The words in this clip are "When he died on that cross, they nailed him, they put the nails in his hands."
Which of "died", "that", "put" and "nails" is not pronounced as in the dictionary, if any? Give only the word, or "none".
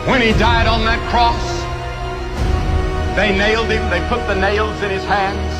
none